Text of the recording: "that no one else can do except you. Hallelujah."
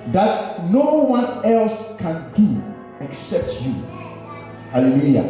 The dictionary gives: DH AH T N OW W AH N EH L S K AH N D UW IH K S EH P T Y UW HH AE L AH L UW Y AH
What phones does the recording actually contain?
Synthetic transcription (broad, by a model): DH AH T N OW W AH N EH L S K AH N D UW IH K S EH P T Y UW HH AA L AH L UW Y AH